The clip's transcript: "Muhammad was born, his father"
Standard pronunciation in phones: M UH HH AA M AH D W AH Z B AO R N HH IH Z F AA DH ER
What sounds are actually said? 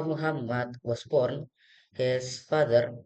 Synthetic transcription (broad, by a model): M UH HH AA M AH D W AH S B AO R N HH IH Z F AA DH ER